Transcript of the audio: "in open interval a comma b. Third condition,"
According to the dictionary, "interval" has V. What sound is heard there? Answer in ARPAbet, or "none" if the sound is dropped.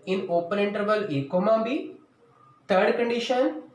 V